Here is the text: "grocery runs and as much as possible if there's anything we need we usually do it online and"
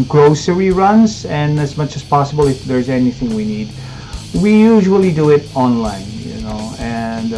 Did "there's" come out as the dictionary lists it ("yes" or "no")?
yes